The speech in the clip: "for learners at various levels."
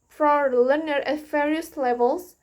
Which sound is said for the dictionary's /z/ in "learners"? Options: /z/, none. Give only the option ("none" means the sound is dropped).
none